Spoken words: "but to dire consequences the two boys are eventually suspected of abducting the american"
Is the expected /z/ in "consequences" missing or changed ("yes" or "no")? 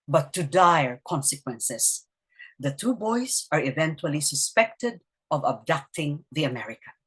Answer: yes